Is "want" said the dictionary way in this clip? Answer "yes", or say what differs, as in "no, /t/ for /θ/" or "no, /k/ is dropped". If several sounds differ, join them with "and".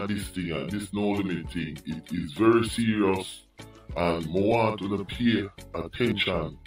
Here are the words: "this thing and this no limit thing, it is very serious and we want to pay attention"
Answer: no, /n/ is dropped